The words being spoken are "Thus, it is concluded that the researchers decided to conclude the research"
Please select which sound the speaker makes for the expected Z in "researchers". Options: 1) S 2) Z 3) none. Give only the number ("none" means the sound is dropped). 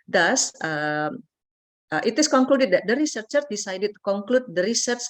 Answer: 3